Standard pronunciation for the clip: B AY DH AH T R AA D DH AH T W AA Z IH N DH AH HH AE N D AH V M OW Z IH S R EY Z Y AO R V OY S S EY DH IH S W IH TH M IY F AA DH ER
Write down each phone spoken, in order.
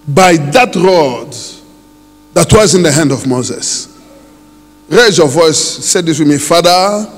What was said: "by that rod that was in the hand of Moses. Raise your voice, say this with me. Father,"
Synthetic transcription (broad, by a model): B AY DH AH T R AA D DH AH T W AA Z IH N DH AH HH AE N D AH V M OW Z IH S R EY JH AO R V OY S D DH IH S W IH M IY F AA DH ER